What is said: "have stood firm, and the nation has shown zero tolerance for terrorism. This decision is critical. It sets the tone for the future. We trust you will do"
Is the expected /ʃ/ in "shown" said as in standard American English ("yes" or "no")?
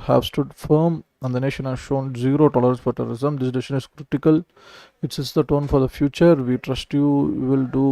yes